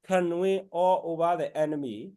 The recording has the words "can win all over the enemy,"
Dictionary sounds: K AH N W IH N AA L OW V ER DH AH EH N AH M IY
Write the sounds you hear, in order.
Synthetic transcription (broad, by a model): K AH N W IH AA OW B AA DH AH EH N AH M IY